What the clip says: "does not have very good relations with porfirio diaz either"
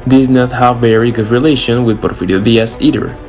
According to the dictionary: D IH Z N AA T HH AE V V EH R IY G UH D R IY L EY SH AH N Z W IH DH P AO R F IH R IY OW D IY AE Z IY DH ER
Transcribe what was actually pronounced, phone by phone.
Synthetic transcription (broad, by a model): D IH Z N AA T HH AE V V EH R IY G UH D R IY L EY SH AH N W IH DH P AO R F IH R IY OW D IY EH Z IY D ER